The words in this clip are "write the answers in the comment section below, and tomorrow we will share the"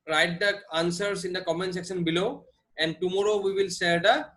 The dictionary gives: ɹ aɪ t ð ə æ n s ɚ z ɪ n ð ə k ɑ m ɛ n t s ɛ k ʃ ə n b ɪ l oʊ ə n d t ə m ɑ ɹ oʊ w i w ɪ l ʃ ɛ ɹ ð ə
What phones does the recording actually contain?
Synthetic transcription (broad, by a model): ɹ aɪ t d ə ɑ n s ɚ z ɪ n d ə k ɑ m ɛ n s ɛ k ʃ ə n b ɪ l oʊ ə n d t ə m ɑ ɹ oʊ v i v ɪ l s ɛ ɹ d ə